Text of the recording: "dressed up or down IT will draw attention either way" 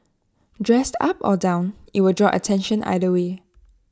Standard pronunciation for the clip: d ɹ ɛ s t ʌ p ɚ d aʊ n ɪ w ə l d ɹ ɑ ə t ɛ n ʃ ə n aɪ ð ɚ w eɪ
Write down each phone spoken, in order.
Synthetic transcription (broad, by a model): d ɹ ɛ s t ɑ p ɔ d aʊ n ɪ w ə d ɹ ɑ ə t ɛ n ʃ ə n aɪ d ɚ w eɪ